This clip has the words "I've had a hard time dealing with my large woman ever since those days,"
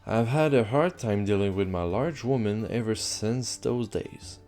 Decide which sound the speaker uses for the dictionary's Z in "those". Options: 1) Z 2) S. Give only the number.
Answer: 1